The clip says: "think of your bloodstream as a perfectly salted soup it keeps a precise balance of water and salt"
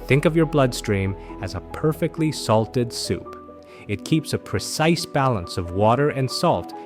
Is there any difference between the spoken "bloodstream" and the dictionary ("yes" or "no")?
no